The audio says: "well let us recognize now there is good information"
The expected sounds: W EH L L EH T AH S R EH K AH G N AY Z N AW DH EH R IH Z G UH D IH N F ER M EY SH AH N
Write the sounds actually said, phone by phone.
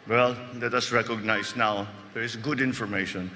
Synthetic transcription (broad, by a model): W EH L L EH T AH S R EH K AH G N AY S N AW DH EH R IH S G UH D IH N F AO M EY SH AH N